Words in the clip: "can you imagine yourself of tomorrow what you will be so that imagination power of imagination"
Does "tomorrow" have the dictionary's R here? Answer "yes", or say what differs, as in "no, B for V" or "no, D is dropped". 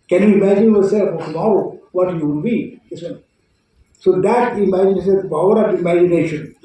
no, R is dropped